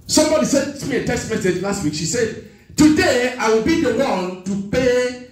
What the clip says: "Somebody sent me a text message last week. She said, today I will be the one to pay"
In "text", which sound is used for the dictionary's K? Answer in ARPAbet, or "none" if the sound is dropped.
none